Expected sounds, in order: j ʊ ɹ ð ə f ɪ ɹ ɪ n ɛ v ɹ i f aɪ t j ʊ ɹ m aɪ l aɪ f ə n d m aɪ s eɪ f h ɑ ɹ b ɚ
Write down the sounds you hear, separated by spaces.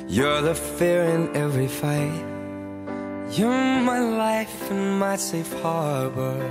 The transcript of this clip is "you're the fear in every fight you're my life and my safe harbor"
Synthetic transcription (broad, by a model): j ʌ ɹ ð ə f ɪ ɹ ɪ n ɛ v ɹ i f aɪ t j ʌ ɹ m aɪ l aɪ f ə n m aɪ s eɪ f h ɑ ɹ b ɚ